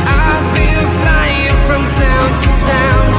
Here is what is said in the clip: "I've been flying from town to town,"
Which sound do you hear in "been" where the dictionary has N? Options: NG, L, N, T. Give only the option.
L